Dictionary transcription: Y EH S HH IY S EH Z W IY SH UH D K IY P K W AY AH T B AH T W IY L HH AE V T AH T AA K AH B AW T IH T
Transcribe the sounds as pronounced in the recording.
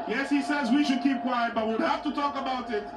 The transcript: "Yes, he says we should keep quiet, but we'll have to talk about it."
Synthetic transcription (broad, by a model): Y EH S HH IY S EH Z W IY SH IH D K IY P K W AY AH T B AH T W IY W HH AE F T AH T AA K AH B AW T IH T